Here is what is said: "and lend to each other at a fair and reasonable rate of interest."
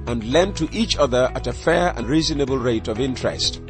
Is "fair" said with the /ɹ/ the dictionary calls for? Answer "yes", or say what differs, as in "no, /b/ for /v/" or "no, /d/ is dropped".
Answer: yes